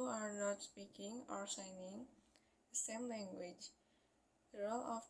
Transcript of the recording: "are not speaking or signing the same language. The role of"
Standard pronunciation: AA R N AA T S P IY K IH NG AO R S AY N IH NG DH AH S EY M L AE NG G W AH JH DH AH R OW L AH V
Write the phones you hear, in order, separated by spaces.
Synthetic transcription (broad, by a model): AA R N AA T S P IY K IH NG AO R S AY N IH NG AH S EY M L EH NG G W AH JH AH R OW L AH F